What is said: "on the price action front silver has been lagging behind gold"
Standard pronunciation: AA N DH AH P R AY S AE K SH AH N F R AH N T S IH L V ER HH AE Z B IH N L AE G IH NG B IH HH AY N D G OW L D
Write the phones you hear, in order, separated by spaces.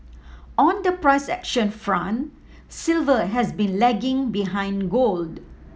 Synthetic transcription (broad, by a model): AA N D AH P R AY S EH K SH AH N F R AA N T S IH L V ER HH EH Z B IH N L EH G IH NG B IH HH AY N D G OW L D